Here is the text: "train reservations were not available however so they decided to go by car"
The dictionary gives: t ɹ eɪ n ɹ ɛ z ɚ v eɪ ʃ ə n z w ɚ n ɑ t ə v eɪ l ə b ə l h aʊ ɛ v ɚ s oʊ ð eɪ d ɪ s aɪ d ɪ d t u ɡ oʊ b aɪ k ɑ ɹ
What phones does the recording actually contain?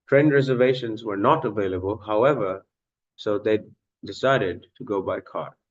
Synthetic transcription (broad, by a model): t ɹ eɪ n ɹ ɛ z ɚ v eɪ ʃ ə n z w ɚ n ɑ t ə v eɪ l ə b ə l h aʊ ɛ v ɚ s oʊ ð eɪ d ɪ s aɪ d ɪ d t u ɡ oʊ b aɪ k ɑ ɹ